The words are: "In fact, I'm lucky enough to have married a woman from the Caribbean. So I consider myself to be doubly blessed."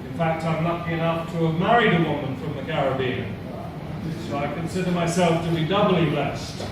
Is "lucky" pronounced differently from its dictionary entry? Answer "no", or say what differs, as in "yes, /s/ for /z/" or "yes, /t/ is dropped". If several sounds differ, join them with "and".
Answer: yes, /n/ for /l/